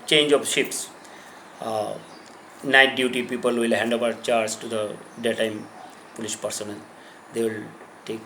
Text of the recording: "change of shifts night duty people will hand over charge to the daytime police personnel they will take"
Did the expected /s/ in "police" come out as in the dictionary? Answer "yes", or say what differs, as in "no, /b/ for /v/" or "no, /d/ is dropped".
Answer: no, /ʃ/ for /s/